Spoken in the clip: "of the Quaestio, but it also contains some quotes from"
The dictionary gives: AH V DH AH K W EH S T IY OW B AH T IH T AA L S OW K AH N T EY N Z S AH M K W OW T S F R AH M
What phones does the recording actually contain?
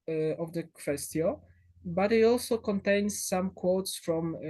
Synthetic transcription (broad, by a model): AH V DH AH K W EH S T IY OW B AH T IH T AA L S OW K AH N T EY N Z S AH M K W OW T S F R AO M